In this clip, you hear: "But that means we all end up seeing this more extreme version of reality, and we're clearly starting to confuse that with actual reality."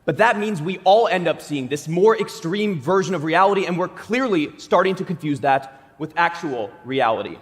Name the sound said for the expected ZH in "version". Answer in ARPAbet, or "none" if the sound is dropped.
ZH